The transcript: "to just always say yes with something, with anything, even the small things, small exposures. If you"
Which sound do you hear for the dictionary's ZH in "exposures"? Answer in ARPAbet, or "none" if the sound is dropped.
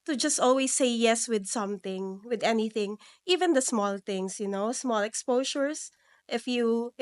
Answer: SH